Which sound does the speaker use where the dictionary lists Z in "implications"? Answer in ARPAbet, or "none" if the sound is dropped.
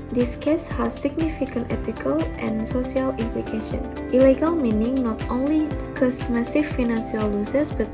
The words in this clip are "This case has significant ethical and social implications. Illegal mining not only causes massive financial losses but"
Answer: none